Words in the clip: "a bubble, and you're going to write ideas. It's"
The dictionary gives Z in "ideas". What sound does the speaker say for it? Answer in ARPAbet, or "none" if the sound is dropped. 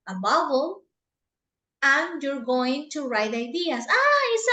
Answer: S